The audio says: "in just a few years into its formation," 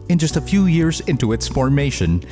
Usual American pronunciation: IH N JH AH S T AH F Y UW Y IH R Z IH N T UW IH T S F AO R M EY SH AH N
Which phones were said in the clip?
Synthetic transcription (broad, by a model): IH N JH AH S T AH F Y UW Y IH R Z IH N T UW IH T S F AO R M EY SH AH N